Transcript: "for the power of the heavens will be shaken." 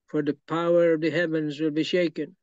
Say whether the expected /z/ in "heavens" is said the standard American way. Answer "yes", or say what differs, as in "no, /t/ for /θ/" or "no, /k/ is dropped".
yes